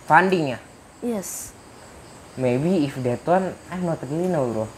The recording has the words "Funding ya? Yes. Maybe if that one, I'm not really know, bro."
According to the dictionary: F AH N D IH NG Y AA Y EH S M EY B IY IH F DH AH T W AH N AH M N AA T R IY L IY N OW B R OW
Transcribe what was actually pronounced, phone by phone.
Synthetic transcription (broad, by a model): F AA N D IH NG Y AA Y EH S M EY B IY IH F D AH T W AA N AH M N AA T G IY IY N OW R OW